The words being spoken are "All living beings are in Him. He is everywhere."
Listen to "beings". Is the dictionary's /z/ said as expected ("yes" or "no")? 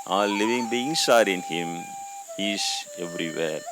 no